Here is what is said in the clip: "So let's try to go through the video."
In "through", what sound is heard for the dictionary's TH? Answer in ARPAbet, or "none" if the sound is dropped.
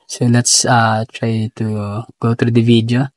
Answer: T